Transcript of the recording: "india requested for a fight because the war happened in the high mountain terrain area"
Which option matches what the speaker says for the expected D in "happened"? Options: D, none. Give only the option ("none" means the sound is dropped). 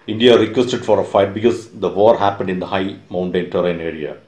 D